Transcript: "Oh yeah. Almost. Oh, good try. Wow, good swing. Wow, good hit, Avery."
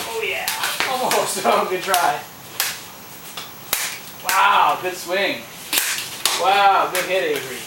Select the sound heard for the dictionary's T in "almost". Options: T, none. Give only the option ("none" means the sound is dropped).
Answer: none